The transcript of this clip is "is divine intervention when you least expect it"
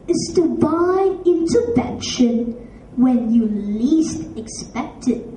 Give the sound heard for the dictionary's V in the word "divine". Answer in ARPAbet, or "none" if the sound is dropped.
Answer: B